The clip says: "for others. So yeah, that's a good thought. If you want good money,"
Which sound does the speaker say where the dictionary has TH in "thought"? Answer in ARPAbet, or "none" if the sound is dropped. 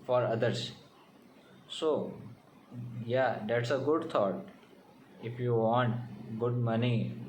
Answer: T